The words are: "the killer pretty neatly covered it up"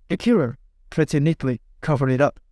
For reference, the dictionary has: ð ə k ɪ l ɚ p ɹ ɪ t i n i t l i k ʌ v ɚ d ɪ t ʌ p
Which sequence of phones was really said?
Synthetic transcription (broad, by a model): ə k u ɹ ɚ p ɹ ɪ t i n i t l i k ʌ v ɚ ɪ t ʌ p